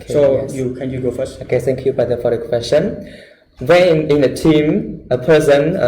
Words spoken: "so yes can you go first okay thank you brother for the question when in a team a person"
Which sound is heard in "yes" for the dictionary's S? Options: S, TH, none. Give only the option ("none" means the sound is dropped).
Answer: none